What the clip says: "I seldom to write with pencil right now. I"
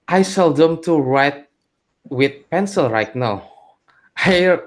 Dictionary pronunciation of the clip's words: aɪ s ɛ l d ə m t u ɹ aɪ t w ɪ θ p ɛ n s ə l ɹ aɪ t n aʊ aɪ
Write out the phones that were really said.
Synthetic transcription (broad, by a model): aɪ s ɛ l d ə m t u ɹ aɪ t w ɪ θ p ɛ n s ə l ɹ aɪ t n aʊ aɪ